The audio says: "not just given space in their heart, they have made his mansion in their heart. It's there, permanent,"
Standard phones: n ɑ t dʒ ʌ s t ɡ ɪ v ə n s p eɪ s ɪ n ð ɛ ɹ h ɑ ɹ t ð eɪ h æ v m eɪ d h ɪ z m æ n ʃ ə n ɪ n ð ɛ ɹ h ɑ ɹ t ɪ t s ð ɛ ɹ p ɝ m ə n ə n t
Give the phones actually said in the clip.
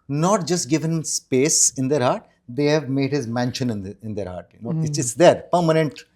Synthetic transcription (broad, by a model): n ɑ t dʒ ʌ s t ɡ ɪ v ə n s p eɪ s ɪ n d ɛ ɹ h ɑ ɹ t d eɪ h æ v m eɪ d h ɪ z m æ n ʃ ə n ɪ n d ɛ ɹ h ɑ ɹ t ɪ s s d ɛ ɹ p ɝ m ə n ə n t